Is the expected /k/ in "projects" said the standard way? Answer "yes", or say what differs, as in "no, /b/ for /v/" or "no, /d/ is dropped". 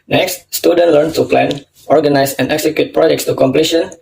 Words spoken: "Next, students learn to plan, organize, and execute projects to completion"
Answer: yes